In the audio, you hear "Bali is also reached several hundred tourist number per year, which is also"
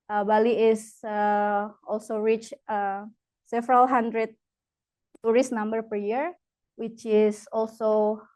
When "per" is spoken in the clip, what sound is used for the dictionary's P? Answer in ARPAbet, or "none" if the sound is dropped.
P